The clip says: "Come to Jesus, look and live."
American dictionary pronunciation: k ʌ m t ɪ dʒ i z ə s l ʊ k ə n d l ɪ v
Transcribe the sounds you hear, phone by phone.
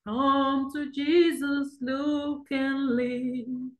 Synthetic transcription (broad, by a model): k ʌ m t ɪ dʒ i z ə s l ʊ k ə n l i